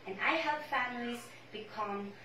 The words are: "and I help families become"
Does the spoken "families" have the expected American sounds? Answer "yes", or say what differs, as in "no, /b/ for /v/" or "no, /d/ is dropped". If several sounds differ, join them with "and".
yes